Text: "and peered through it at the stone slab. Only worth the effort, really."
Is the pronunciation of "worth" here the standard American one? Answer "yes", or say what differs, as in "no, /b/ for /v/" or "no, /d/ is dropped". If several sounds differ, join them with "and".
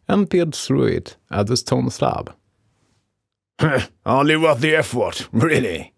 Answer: no, /t/ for /θ/